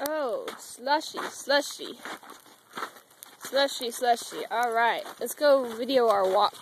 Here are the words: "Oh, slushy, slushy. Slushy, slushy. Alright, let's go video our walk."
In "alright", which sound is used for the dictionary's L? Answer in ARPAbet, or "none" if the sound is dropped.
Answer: L